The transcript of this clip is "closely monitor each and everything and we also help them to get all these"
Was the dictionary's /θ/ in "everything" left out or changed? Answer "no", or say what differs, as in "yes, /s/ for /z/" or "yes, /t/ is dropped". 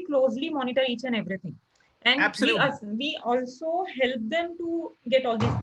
yes, /t/ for /θ/